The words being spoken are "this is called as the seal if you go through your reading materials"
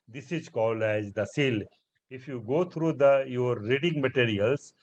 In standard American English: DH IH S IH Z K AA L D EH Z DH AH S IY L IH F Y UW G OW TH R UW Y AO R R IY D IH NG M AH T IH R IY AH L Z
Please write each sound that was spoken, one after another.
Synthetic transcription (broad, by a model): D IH S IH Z K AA L EH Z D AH S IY L IH F Y UW G OW T R UW Y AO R R IY D IH NG M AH T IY R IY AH L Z